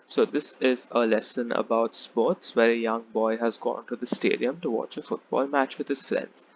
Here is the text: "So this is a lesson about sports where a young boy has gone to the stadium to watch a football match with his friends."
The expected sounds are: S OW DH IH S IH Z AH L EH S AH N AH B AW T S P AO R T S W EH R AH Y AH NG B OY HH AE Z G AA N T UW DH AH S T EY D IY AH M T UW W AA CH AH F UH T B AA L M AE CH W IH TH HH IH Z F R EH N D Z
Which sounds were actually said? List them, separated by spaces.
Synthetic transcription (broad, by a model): S OW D IH S IH Z AH L EH S AH N AH B AW T S P AO R T S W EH R AH Y AH NG B OY HH AE Z G AA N T UW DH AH S T EY D IY AH M T UW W AA CH AH F UH T B AA L M AE CH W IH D HH IH Z F R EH N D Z